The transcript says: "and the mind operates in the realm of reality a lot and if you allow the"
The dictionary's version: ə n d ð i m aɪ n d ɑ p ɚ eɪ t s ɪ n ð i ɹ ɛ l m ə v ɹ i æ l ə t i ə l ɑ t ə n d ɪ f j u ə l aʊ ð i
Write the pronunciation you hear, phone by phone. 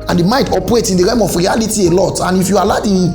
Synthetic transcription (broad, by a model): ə n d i m aɪ n d ɑ p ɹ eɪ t ɪ n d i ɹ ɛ m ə f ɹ i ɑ l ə t i ə l ɑ t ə n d ɪ f j u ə l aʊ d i